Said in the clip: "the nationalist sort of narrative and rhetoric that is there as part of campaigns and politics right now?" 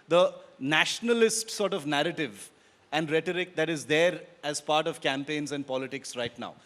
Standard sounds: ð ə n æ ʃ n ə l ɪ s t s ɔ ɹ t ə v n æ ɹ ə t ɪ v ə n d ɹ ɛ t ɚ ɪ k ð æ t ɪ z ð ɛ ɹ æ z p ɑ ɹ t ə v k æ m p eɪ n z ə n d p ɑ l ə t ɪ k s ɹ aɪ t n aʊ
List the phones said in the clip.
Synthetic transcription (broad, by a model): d ə n æ ʃ n ə l ɪ s t s ɔ ɹ t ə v n æ ɹ ə t ɪ v ə n d ɹ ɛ t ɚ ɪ k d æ t ɪ z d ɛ ɹ æ z p ɑ ɹ t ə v k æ m p eɪ n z ə n d p ɑ l ə t ɪ k s ɹ aɪ t n aʊ